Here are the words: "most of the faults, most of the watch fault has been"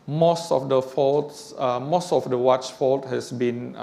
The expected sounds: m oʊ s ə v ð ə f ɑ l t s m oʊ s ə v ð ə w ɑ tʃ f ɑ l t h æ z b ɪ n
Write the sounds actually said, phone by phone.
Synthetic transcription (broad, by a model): m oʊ s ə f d ə f ɑ l t s m oʊ s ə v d ə w ɑ tʃ f ɑ l t h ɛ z b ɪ n